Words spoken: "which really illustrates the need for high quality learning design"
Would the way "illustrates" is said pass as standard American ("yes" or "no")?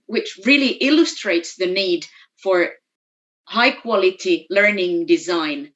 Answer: yes